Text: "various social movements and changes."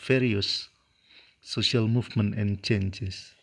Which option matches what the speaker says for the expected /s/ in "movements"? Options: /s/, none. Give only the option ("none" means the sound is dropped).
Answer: none